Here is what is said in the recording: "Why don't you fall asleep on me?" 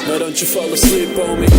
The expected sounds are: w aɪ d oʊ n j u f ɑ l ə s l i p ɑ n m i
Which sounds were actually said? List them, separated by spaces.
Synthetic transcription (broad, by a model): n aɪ d oʊ n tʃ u f ɑ l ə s i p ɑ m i